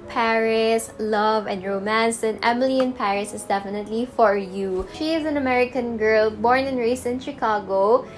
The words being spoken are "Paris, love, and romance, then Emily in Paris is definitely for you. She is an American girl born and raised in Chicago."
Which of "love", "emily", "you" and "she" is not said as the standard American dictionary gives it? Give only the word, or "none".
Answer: none